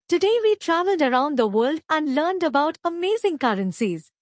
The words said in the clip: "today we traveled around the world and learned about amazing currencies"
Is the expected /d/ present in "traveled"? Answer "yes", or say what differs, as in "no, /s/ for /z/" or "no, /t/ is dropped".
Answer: yes